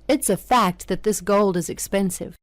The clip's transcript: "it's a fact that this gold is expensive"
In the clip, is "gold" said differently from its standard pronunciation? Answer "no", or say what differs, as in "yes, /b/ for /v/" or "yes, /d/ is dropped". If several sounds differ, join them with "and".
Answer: no